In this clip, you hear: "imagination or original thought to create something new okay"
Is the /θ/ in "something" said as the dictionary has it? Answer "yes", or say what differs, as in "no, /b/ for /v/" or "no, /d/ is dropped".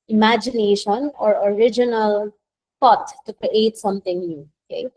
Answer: no, /t/ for /θ/